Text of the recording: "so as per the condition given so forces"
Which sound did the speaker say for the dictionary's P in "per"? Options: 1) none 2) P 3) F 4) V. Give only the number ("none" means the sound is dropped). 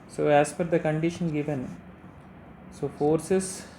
3